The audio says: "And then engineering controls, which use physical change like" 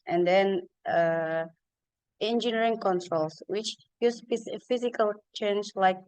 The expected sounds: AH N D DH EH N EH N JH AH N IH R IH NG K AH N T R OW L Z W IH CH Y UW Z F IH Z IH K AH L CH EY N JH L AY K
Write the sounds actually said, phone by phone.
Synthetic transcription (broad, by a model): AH N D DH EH N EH N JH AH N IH R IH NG K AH N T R OW L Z W IH CH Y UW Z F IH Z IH K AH L CH EY N JH L AY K